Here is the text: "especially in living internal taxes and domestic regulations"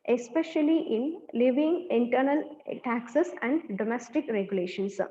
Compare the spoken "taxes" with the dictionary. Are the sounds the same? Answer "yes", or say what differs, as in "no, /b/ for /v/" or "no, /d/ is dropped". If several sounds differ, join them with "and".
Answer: no, /s/ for /z/